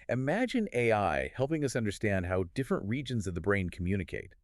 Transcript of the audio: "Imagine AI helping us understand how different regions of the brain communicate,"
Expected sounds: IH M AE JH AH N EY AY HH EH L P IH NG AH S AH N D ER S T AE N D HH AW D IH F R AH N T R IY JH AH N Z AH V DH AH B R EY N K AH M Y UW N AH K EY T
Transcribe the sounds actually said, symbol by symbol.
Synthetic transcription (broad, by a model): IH M AE JH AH N EY AY HH EH L P IH NG AH S AH N D ER S T AE N D HH AW D IH F R AH N T R IY JH AH N Z AH V DH AH B R EY N K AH M Y UW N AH K EY T